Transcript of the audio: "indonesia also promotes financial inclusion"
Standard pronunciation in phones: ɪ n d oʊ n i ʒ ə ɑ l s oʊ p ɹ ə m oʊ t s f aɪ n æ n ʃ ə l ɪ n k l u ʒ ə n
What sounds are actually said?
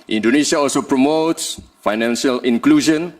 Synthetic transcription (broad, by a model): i n d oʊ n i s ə ɑ l s oʊ p ɹ ə m oʊ t s f aɪ n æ n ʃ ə l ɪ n k l u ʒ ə n